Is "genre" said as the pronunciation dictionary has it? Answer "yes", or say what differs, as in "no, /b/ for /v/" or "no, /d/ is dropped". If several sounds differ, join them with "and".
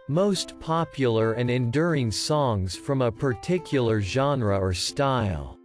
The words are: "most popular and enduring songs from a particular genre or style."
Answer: yes